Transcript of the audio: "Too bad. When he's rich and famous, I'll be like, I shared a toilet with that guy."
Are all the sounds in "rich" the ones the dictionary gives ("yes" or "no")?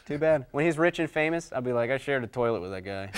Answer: yes